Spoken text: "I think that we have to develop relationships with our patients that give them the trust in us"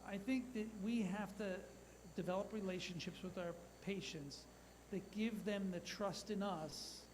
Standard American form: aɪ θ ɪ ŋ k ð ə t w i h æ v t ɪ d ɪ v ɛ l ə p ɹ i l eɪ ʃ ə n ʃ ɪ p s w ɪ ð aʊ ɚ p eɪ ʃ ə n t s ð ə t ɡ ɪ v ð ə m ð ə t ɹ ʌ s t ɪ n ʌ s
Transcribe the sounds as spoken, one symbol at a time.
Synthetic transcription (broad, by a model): aɪ θ ɪ ŋ k ð ə t w i h æ f t ɪ d ɪ v ɛ l ə p ɹ i l eɪ ʃ ə n ʃ ɪ p s w ɪ ð aʊ ɚ p eɪ ʃ ə n t s ð ə t ɡ ɪ v ð ə m ð ə t ɹ ʌ s t ɪ n ʌ s